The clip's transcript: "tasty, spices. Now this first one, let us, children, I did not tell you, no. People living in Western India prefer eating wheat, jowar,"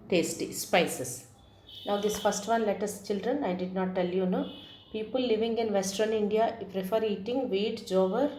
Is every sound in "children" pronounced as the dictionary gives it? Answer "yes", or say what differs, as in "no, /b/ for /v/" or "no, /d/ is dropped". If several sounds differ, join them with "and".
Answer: yes